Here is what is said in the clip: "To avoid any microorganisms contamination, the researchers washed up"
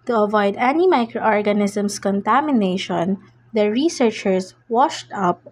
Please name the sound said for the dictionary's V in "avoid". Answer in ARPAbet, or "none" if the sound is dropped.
V